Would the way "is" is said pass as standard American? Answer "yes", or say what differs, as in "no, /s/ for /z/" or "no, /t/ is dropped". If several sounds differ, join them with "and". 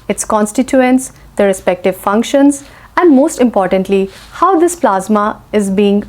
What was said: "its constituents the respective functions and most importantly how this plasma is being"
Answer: yes